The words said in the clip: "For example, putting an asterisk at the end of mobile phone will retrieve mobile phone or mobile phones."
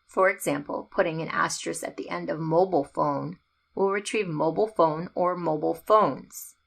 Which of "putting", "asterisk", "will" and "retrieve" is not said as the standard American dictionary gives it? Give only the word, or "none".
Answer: asterisk